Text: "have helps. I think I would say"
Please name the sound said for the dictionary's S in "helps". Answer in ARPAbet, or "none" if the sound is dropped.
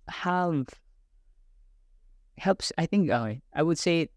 S